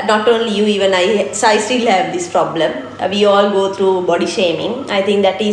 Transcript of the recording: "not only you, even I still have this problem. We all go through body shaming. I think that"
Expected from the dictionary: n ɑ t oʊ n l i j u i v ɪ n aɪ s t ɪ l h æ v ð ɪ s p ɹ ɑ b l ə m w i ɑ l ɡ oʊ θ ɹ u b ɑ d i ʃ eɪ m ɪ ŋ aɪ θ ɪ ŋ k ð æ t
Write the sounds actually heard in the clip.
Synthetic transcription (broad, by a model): n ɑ t oʊ n l i j u i v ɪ n aɪ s t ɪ l h æ v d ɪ s p ɹ ɑ b l ə m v i ɑ l ɡ oʊ t ɹ u b ɑ d i ʃ eɪ m ɪ ŋ aɪ t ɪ ŋ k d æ t